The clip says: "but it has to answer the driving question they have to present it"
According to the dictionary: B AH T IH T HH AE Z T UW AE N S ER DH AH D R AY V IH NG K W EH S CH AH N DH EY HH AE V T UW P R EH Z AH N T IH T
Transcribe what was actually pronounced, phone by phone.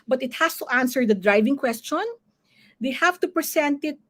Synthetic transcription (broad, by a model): B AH T IH T HH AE S T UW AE N S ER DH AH D R AY V IH NG K W EH S CH AH N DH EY HH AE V T UW P R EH S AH N T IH T